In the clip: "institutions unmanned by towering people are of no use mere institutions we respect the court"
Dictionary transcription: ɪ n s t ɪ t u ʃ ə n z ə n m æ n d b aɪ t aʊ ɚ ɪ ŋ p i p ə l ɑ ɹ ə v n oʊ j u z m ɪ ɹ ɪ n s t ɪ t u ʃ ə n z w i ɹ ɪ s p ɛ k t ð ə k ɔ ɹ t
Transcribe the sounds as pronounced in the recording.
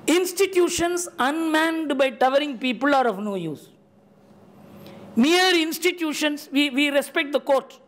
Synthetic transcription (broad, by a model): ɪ n s t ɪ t u ʃ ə n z ə n m æ n d b aɪ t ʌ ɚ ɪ ŋ p i p ə l ɑ ɹ ə v n oʊ j u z m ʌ ɹ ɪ n s t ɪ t u ʃ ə n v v i ɹ ɪ s p ɛ k t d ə k ɔ ɹ t